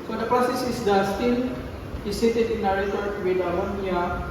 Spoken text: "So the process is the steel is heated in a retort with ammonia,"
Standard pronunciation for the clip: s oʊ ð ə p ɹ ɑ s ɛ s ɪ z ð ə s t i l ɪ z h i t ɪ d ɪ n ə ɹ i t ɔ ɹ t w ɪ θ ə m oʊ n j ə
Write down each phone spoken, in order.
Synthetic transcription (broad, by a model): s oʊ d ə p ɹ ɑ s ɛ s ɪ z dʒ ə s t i n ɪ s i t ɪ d ɪ n ə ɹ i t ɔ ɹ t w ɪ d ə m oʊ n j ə